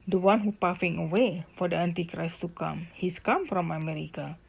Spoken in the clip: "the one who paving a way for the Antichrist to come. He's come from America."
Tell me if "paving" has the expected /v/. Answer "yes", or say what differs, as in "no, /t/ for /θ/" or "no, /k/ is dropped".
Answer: no, /f/ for /v/